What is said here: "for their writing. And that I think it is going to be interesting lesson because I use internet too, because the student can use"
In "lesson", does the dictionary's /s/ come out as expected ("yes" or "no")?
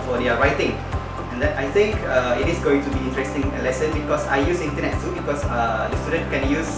yes